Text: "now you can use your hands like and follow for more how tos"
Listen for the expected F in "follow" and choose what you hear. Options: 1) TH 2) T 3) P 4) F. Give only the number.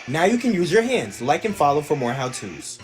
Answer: 4